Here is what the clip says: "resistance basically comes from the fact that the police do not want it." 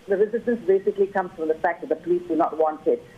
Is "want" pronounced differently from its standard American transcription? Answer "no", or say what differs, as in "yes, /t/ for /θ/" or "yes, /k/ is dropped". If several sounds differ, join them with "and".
no